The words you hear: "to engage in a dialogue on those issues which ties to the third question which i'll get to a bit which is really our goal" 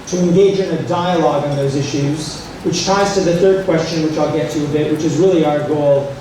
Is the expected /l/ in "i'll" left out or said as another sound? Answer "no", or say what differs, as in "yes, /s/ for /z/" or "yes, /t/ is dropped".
no